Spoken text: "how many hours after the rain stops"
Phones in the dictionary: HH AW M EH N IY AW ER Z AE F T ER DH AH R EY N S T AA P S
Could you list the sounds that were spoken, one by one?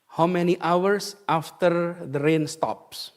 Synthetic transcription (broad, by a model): HH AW M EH N IY AW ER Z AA F T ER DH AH R EY N S T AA P S